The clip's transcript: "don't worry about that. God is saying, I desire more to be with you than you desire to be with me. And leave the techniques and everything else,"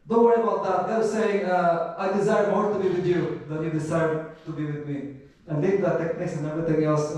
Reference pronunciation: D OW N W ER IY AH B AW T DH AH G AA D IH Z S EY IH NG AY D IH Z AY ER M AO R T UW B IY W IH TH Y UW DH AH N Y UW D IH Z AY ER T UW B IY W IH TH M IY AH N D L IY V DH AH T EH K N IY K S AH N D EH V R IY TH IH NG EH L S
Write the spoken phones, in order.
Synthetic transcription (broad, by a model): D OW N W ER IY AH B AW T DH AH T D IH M S EY IH NG AY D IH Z AY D M AO R T UW B IY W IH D Y UW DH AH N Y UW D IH S AY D T UW B IY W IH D M IY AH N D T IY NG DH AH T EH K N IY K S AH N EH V IY T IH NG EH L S